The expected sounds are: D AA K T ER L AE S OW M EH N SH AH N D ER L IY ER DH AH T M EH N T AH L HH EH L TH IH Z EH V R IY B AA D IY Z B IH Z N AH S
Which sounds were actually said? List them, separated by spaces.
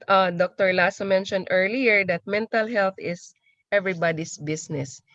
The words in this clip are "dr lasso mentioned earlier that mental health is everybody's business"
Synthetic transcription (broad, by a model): D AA K T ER L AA S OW M EH N SH AH N D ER L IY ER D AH T M EH N T AH L HH EH L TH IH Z EH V R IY B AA D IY S B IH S N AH S